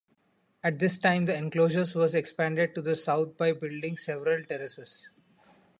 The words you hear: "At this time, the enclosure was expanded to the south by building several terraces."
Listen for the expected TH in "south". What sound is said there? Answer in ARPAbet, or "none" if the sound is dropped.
T